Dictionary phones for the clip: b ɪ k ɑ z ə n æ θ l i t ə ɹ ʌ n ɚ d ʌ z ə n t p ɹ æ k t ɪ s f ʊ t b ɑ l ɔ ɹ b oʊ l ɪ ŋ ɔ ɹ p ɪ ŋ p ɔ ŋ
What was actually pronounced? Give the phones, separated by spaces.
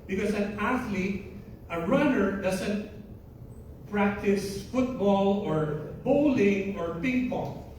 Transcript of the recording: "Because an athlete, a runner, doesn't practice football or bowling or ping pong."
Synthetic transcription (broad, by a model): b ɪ k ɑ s ə n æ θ l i t ə ɹ ʌ n ɚ d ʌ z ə n t p ɹ æ k t ɪ s f ʊ t b ɑ l ɔ ɹ b oʊ l ɪ ŋ ɔ ɹ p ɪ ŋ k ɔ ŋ